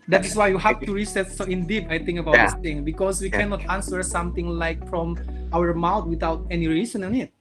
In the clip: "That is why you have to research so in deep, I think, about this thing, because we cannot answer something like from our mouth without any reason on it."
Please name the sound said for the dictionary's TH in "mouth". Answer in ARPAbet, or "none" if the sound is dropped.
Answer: T